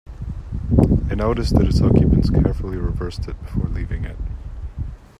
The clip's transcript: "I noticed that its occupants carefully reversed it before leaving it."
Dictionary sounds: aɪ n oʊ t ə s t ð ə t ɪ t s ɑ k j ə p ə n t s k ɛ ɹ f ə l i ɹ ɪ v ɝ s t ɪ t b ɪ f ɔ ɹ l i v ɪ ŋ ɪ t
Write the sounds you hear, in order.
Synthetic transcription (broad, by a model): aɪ n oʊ t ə s ð ə t ɪ t s ɑ k j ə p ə n t s k ɛ ɹ f l i ɹ ɪ v ɝ s t ɪ t b ɪ f ɔ ɹ l i v ɪ ŋ ɪ t